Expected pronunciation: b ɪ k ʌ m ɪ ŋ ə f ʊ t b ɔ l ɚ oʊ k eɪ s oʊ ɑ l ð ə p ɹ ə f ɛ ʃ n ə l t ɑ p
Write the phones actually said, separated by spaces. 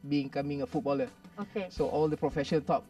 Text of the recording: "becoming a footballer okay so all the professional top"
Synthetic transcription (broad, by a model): b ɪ k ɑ m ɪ ŋ ə f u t b ɔ l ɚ oʊ k eɪ s oʊ ɑ l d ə p ɹ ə f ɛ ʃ ə n t ɑ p